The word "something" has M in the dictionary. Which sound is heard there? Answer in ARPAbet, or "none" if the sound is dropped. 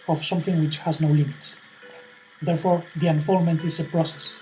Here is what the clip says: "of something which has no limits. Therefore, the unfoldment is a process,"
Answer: M